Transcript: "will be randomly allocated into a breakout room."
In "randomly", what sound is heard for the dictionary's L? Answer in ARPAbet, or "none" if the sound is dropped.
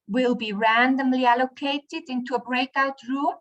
L